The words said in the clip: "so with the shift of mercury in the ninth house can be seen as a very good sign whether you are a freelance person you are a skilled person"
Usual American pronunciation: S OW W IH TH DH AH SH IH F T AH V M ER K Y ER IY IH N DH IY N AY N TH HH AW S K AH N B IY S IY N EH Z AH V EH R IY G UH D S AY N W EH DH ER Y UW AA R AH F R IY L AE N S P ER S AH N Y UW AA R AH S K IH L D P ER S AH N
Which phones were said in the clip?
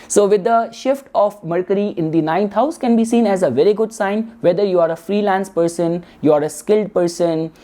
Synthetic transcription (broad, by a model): S OW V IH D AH SH IH F T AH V M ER K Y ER IY IH N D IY N AY N T HH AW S K AH N B IY S IY N EH Z AH V EH R IY G UH D S AY N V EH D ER Y UW AA R AH F R IY L AE N S P ER S AH N Y UW AA R AH S K IH L D P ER S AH N